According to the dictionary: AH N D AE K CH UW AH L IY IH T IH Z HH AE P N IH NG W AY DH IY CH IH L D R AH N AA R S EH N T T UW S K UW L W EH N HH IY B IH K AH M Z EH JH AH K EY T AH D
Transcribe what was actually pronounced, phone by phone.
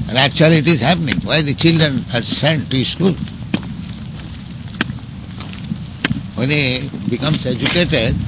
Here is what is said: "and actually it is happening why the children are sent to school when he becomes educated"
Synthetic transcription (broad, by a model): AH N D AE K CH UW AH L IY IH T IH Z HH AE P N IH NG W AY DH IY CH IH L D R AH N AA R S EH N T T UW S K UW L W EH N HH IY B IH K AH M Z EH JH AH K EY T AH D